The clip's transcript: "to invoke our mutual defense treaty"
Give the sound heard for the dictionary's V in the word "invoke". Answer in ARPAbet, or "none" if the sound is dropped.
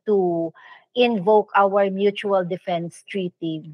V